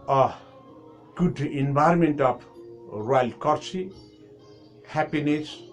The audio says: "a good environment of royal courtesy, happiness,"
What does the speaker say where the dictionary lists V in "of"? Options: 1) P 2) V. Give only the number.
1